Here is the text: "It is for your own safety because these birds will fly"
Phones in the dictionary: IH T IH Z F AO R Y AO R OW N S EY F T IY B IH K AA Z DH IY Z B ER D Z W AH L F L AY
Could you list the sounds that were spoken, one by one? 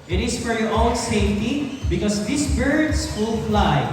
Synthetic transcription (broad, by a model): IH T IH S F AO R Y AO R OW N S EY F T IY B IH K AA S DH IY S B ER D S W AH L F L AY